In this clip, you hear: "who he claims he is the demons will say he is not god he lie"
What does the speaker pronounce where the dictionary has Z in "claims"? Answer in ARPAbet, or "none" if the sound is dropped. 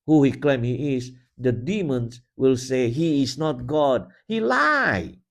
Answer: none